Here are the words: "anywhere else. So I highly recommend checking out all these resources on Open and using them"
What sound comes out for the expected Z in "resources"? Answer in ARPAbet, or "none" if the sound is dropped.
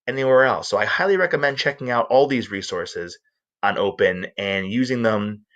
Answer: Z